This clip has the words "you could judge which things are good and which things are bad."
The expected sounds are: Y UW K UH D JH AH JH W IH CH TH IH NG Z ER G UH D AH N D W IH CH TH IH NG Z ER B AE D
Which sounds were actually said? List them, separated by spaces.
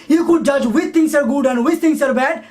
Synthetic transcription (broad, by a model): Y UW K UH D JH AH JH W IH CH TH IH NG S ER G UH D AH N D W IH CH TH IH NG S ER B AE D